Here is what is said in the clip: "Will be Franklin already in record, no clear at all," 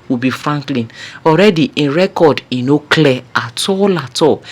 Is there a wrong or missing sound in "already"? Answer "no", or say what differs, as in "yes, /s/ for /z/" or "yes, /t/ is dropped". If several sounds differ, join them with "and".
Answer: no